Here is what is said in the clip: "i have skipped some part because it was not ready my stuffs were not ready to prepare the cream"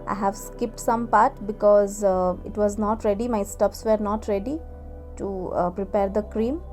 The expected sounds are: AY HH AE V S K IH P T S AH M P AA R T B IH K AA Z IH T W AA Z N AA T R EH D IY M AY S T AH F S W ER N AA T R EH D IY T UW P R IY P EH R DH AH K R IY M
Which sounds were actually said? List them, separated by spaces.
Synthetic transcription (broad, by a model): AY HH AE V S K IH P T S AH M P AA R T B IH K AA Z IH T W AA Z N AA T R EH D IY M AY S T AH P S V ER N AA T R EH D IY T UW P R IY P EH R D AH K R IY M